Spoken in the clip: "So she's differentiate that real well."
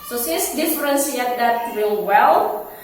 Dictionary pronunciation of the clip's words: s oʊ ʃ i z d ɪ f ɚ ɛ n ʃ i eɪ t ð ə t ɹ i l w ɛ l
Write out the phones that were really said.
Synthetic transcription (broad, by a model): s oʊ s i s d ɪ f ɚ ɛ n s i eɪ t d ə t ɹ i l w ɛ l